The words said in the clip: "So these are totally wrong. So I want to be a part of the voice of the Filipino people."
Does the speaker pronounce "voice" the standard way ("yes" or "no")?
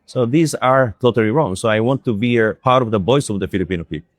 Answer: no